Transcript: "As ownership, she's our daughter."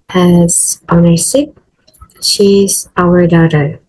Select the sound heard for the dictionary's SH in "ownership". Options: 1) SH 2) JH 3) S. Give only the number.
3